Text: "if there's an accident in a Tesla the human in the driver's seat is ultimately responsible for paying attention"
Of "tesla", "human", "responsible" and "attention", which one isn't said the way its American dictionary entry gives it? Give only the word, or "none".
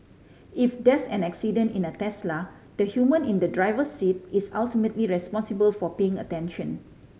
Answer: none